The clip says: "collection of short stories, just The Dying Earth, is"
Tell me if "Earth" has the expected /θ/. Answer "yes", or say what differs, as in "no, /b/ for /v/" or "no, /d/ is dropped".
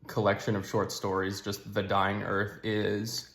yes